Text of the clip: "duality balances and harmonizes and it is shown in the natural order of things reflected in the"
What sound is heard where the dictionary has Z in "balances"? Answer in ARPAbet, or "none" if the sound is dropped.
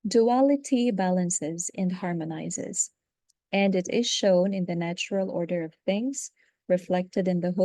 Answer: Z